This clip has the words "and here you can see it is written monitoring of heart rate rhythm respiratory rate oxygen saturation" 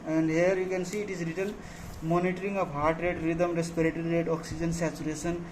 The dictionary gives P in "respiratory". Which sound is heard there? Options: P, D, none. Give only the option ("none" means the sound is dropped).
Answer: P